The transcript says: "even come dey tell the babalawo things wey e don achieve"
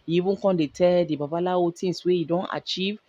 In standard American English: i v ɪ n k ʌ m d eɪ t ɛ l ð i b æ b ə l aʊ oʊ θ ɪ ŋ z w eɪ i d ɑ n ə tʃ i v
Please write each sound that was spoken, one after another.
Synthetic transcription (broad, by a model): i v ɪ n k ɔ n d eɪ t ɛ l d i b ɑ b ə l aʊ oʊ t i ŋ s w eɪ i d ɑ n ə tʃ i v